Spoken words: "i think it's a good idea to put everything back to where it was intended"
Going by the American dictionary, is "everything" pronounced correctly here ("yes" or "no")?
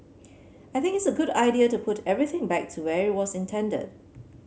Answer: yes